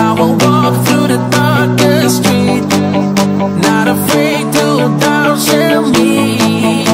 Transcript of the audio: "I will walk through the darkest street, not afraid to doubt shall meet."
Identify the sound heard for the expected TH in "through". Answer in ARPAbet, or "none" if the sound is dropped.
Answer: TH